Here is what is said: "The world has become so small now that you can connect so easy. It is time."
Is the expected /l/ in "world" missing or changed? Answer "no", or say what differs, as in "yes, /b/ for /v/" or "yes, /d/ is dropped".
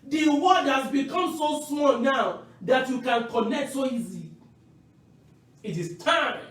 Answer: yes, /l/ is dropped